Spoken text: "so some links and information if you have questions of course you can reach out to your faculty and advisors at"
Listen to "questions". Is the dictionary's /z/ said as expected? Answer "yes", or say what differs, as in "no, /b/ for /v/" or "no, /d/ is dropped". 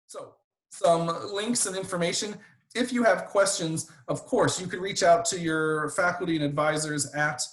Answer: yes